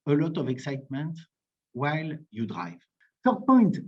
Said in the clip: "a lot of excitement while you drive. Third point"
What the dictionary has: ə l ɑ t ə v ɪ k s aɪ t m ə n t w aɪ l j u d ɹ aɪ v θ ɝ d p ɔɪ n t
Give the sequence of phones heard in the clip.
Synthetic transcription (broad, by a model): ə l ɑ t ə v ɪ k s aɪ t m ə n t w aɪ l j u d ɹ aɪ v s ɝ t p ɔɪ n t